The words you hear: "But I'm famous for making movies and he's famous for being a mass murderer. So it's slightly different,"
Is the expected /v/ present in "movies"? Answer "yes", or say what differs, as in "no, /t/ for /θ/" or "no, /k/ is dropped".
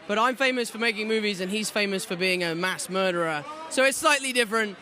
yes